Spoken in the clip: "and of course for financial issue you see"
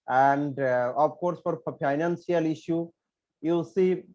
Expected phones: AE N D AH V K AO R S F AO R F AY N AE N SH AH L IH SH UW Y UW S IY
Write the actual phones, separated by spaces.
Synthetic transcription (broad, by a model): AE N D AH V K AO R S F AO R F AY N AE N S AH L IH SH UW Y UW S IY